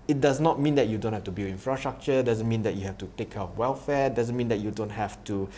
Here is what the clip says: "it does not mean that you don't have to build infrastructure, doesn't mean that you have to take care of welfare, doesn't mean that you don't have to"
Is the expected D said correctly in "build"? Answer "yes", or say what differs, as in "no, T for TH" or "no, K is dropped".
no, D is dropped